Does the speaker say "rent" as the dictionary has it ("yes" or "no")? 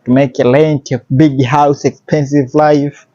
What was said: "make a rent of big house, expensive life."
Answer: no